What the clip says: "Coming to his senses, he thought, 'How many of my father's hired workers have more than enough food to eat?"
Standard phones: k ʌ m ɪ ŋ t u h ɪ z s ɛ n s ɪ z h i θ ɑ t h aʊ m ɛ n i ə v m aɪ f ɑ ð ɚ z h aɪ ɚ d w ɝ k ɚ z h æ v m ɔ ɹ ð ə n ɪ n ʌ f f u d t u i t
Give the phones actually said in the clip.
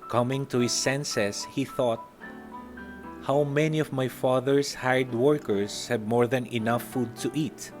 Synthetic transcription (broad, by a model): k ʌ m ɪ ŋ t u h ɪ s ɛ n s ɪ s h i θ ɑ t h aʊ m ɛ n i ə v m aɪ f ɑ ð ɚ s h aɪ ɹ d w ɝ k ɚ s h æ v m ɔ ɹ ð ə n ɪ n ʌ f f u d t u i t